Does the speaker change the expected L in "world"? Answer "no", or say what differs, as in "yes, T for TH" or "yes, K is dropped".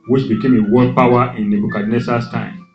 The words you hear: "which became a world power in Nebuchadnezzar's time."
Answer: yes, L is dropped